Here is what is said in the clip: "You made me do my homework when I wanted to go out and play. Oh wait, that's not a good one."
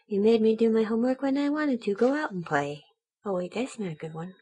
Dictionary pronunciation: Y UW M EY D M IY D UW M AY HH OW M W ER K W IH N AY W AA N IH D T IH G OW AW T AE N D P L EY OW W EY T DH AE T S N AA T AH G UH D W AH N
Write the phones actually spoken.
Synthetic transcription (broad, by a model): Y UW M EY D M IY D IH M AY HH OW M W ER K W IH N AY W AA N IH D T IH G OW AW T N P L EY OW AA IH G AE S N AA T AH G UH D W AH N